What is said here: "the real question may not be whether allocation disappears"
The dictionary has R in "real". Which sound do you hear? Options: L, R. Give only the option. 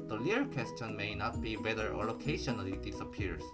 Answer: L